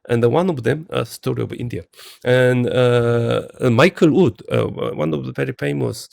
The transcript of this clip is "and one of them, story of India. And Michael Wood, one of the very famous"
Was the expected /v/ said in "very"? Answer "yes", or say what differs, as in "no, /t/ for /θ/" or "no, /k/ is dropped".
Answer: no, /p/ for /v/